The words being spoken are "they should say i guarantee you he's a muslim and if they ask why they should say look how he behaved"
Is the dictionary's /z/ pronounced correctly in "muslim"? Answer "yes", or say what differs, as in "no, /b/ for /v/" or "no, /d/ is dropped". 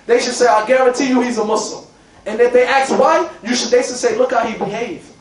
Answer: no, /s/ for /z/